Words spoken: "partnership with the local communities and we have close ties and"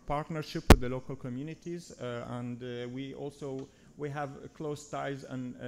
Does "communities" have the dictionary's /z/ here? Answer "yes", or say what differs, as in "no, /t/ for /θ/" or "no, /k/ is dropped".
yes